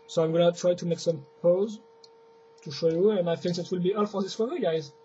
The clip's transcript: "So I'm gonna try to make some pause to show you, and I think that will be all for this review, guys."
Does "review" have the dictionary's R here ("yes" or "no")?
no